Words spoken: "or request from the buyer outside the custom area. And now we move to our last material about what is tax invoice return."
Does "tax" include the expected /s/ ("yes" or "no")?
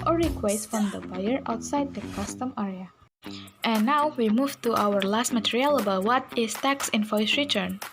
yes